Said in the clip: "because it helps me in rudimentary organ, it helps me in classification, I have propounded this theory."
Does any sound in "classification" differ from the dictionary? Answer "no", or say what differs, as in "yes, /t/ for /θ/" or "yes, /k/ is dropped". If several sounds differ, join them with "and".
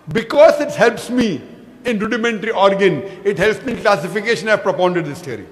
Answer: no